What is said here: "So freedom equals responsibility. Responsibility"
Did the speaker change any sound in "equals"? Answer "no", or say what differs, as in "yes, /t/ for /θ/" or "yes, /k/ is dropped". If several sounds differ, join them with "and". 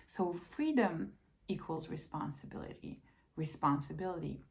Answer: no